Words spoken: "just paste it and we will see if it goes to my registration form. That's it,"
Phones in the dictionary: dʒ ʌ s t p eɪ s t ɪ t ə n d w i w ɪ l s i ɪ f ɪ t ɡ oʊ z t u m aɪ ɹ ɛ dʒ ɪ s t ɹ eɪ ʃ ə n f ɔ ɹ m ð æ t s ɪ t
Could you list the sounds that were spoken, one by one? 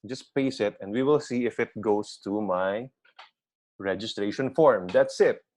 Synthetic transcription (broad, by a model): dʒ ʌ s p eɪ s ɪ t ə n d w i w ɪ l s i ɪ f ɪ t ɡ oʊ s t u m aɪ ɹ ɛ dʒ ɪ s t ɹ eɪ ʃ ə n f ɔ ɹ m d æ t s ɪ t